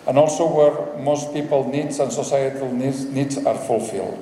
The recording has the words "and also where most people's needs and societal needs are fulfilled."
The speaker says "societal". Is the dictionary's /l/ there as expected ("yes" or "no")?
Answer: no